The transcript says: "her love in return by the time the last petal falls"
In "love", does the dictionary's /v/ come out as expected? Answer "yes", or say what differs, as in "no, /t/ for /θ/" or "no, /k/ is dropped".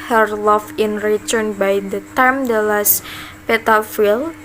no, /f/ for /v/